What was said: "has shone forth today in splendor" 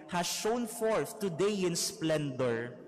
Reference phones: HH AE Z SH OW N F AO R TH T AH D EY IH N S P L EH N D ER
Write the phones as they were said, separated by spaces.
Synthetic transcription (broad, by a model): HH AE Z SH OW N F AO R TH T AH D EY IH N S P L EH N D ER